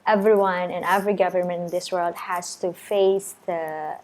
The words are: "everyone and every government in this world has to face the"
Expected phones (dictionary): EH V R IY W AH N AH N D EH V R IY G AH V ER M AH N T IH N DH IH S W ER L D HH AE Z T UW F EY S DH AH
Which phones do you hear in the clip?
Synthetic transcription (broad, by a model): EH V R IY W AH N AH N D EH V R IY G AH V ER M AH N T IH N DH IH S W ER L D HH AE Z T UW F EY S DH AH